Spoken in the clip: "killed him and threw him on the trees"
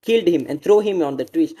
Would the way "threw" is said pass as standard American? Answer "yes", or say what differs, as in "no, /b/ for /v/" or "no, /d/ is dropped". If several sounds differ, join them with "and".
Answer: no, /t/ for /θ/